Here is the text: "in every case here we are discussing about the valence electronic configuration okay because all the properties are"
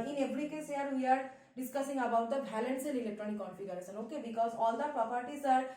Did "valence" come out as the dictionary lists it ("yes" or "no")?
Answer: no